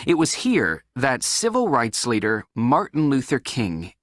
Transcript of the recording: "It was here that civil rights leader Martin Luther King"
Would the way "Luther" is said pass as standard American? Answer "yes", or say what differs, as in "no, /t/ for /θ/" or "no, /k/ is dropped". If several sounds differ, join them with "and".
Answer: yes